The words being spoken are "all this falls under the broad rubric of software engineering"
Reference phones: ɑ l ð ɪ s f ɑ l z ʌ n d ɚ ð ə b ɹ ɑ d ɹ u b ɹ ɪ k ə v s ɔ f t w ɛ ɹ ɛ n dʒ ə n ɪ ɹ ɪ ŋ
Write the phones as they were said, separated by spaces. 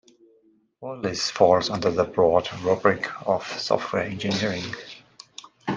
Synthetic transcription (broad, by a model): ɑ l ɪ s f ɑ l z ʌ n d ɚ ð ə b ɹ ɑ d ɹ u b ɹ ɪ k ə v s ɔ f t w ɛ ɹ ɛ n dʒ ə n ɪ ɹ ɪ ŋ